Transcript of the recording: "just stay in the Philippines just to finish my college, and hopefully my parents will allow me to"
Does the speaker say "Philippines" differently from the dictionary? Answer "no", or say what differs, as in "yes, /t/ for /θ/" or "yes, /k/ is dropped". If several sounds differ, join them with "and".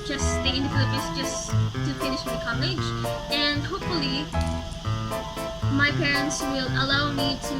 yes, /p/ is dropped